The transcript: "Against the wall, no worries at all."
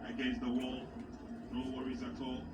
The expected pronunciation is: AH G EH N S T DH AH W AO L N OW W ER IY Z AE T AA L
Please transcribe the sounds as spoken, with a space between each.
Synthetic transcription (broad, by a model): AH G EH N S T DH AH W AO L N OW W ER IY Z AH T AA L